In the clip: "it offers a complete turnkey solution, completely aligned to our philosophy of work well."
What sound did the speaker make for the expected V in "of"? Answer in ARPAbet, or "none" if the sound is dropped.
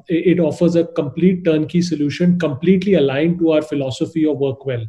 V